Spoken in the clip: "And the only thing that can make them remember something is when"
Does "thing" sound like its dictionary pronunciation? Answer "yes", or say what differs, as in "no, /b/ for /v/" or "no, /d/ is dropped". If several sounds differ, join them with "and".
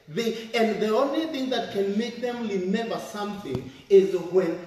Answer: yes